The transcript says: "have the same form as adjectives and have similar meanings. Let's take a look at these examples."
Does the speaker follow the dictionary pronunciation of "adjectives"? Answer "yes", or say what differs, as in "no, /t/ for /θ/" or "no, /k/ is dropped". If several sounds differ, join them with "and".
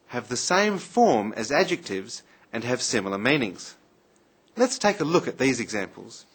yes